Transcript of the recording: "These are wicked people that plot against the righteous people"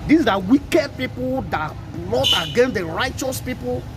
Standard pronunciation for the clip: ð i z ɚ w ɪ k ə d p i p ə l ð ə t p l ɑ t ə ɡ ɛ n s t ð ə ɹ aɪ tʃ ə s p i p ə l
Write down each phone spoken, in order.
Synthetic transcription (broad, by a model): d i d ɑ w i k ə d p i p ə l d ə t b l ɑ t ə ɡ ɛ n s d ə ɹ aɪ tʃ ə s p i p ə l